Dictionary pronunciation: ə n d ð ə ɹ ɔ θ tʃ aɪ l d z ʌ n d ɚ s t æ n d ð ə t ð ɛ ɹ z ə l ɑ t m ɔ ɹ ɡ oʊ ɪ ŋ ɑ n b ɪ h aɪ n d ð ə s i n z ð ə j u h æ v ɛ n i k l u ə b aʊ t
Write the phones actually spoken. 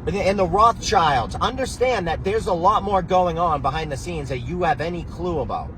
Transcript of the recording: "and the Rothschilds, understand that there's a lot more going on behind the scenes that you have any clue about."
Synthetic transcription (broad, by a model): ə n ð ə ɹ ɔ θ tʃ aɪ l d z ʌ n d ɚ s t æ n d ð ə t ð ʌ ɹ z ə l ɑ t m ɔ ɹ ɡ oʊ ɪ ŋ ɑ n b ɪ h aɪ n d ð ə s i n z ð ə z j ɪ v ɛ n i k l u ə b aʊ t